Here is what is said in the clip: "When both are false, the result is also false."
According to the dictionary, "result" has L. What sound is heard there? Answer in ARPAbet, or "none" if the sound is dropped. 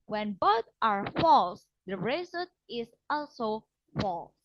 none